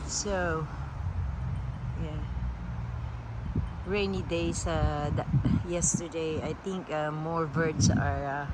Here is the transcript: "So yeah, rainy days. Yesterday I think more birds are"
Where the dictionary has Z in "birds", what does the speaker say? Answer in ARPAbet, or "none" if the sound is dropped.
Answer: S